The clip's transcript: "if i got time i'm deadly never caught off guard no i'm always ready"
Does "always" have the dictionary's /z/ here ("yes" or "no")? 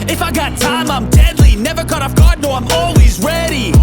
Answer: yes